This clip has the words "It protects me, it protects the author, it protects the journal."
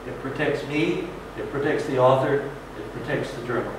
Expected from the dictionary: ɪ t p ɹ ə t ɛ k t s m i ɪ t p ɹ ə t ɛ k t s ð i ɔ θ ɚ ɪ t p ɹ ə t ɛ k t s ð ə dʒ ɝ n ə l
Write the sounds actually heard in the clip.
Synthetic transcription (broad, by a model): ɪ t p ɹ ə t ɛ k t s m i ɪ t p ɹ ə t ɛ k t s ð i ɔ θ ɚ ɪ t p ɹ ə t ɛ k t s ð ə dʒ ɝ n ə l